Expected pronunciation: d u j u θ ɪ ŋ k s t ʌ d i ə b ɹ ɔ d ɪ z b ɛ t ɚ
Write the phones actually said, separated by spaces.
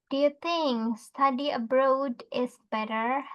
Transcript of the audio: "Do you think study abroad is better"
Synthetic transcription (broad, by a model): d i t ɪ ŋ s t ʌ d i ə b ɹ ɔ d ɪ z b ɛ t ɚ